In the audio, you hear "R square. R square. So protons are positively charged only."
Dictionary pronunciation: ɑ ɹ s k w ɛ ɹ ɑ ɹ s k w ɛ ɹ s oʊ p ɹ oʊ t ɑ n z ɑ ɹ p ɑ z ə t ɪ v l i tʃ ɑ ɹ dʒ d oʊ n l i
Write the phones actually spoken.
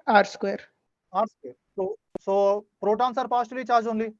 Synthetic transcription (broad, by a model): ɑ ɹ s k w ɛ ɹ ɑ ɹ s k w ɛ ɹ s oʊ p ɹ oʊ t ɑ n s ɑ ɹ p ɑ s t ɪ l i tʃ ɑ ɹ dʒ oʊ n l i